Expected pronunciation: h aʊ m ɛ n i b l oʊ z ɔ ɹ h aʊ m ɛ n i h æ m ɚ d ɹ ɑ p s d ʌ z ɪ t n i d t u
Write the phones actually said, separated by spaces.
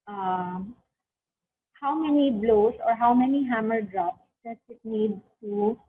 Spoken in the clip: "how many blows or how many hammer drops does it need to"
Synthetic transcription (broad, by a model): h aʊ m ɛ n i b l oʊ s ɔ ɹ h aʊ m ɛ n i h æ m ɚ d ɹ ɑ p s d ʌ s ɪ t n i d t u